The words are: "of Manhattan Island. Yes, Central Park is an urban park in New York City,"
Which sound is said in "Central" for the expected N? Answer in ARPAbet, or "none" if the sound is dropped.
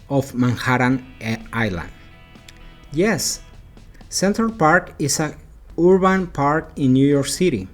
N